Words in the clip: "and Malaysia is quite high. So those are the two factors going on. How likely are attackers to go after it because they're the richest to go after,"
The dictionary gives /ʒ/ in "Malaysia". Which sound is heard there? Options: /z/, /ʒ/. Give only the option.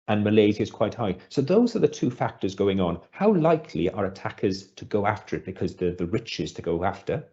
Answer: /z/